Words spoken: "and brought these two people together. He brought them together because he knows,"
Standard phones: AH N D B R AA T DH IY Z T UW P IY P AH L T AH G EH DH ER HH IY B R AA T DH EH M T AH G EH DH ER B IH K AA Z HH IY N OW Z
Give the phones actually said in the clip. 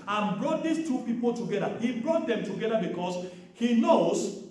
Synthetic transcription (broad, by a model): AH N B R AA T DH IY S T UW P IY P AH L T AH G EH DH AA HH IY B R AA T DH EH M T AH G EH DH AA B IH K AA S HH IY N OW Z